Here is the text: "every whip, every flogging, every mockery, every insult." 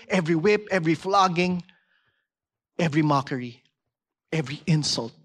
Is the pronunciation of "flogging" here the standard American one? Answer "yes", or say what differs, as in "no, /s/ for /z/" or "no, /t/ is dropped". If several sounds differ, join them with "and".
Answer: yes